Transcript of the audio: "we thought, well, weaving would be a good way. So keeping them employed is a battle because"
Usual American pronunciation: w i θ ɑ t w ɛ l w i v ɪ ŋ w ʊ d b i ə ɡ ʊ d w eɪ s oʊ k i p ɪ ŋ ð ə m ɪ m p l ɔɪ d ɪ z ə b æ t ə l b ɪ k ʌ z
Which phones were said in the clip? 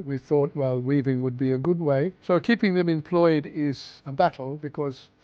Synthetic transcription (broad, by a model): w i θ ɑ t w ɛ l w i v ɪ ŋ w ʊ d b i ə ɡ ʊ d w eɪ s oʊ k i p ɪ ŋ ð ə m ɪ m p l ɔɪ d ɪ z ə b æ t l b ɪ k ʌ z